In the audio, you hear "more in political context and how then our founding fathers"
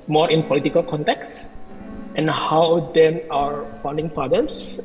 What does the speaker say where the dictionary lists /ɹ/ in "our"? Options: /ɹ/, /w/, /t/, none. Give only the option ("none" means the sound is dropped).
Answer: /ɹ/